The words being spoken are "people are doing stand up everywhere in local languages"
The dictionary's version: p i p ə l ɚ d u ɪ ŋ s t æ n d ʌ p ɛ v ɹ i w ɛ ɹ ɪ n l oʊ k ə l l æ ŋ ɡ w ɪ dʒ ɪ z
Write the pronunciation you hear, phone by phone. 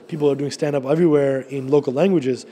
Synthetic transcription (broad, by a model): p i p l ɚ d u ɪ ŋ s t æ n d ʌ p ɛ v ɹ i w ɛ ɹ ɪ n l oʊ k ə l l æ ŋ ɡ w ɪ dʒ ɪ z